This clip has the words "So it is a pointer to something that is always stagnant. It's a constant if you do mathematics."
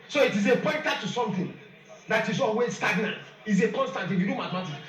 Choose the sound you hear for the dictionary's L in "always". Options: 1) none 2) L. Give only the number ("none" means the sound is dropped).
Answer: 1